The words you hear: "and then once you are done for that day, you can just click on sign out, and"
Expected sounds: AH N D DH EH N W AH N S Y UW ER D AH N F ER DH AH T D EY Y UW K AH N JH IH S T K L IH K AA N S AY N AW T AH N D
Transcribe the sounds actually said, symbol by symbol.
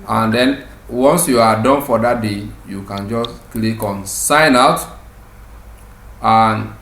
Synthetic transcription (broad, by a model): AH N D EH N W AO N S Y UW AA D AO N F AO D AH T D EY Y UW K AH N JH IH S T K L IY K AA N S AY N AW T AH N